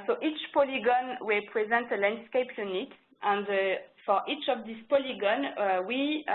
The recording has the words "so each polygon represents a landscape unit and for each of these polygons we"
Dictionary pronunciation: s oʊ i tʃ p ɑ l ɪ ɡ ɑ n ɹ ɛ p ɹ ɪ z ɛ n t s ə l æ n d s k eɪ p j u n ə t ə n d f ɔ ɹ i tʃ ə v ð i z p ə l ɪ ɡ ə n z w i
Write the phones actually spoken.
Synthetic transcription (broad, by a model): s oʊ i tʃ p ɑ l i ɡ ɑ n w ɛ p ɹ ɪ z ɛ n t ə l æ n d s k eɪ p j u n ə t ə n d f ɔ ɹ i tʃ ə v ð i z p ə l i ɡ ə n w i